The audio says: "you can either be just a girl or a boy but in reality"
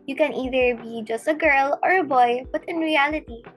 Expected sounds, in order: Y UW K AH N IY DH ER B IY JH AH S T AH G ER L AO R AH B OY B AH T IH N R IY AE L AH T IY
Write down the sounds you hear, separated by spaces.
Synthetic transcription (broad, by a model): Y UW K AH N IY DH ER B IY JH AH S T AH G ER L AO R AH B OY B AH T IH N R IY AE L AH T IY